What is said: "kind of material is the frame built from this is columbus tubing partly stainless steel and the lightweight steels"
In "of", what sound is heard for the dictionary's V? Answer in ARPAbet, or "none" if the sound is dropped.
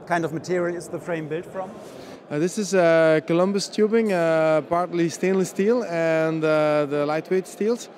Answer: V